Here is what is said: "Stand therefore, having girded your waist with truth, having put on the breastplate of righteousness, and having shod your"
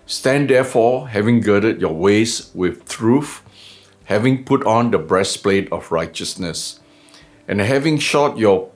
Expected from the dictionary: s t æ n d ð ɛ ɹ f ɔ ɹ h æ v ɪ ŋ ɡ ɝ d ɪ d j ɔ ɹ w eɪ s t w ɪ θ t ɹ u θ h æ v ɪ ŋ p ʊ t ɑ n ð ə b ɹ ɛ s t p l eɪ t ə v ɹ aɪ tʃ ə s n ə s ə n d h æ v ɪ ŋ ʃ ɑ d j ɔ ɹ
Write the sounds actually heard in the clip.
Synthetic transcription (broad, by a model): s t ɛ n d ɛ f ɔ h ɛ v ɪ ŋ ɡ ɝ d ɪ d j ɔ w eɪ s w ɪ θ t ɹ u f h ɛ v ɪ ŋ p ʊ t ɑ n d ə b ɹ ɛ s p l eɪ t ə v ɹ aɪ tʃ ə s n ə s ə n h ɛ v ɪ ŋ ʃ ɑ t j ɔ